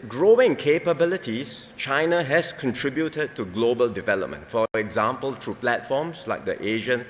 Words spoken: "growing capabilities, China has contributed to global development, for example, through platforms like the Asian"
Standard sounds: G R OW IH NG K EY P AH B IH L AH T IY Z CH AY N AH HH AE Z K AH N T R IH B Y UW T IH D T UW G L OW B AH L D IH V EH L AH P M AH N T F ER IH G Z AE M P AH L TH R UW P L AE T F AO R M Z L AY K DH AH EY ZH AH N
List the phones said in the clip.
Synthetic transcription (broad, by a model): G R OW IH NG K EY P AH B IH L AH T IY S CH AY N AH HH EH S K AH N T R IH B Y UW T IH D T UW G L OW B AH L D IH V EH L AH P M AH N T F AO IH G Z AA M P AH L T R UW P L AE T F AO M S L AY K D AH EY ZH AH N